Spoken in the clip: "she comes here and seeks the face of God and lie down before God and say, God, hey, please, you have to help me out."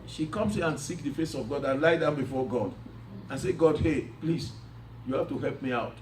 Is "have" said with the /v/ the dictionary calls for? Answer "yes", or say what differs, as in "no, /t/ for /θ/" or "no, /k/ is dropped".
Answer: no, /f/ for /v/